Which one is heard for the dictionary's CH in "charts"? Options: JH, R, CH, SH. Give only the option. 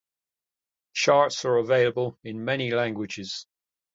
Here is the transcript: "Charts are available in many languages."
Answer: SH